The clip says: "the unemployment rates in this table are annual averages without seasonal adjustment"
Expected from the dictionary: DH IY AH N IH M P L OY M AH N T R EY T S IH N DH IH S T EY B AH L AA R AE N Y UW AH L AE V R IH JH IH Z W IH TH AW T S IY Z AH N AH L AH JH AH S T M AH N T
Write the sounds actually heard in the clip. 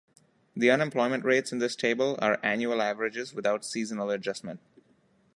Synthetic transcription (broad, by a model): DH IY AH N IH M P L OY M AH N T R EY T S IH N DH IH S T EY B AH L AA R AE N Y UW AH L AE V R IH JH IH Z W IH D AW T S IY Z AH N AH L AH JH AH S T M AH N T